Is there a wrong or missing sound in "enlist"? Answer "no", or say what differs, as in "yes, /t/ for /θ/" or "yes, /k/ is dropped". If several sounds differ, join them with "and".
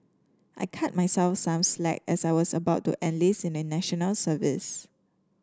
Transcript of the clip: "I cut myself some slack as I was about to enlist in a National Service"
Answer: yes, /t/ is dropped